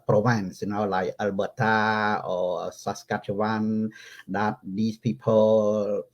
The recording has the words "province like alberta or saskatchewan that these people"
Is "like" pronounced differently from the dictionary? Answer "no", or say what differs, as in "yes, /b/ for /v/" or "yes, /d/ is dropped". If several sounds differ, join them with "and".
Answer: yes, /k/ is dropped